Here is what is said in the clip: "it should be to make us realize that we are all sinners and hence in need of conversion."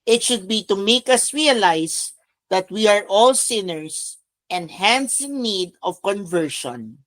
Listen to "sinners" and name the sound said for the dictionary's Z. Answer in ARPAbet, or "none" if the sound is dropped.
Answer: S